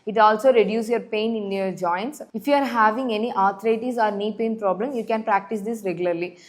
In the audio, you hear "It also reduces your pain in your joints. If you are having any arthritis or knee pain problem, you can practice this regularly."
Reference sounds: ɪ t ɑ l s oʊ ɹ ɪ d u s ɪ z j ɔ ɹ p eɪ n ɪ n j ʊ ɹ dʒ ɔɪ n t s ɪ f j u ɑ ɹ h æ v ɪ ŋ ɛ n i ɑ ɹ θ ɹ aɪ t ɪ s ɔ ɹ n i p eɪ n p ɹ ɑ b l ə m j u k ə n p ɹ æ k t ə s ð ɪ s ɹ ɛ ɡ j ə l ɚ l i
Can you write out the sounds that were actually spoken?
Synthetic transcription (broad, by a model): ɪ t ɑ l s oʊ ɹ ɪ d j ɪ s j ɔ ɹ p eɪ n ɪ n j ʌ ɹ dʒ ɔɪ n t s ɪ f j u ɑ ɹ h æ v ɪ ŋ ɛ n i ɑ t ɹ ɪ t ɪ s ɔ ɹ n i p eɪ n p ɹ ɑ b l ə m j u k ə n p ɹ æ k t ə s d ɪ s ɹ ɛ ɡ j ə l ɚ l i